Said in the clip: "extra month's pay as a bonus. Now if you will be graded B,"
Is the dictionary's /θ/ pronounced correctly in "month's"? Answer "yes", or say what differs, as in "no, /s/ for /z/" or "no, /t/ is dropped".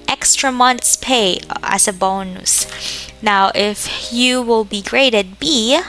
no, /t/ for /θ/